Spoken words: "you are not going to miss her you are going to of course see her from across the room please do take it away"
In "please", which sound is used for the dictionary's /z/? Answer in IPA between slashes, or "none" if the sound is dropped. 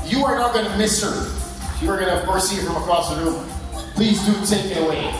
/z/